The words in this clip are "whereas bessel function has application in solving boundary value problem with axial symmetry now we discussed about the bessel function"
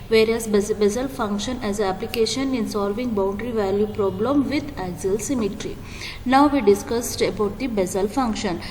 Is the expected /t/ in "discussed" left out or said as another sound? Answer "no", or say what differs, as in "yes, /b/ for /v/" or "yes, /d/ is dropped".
no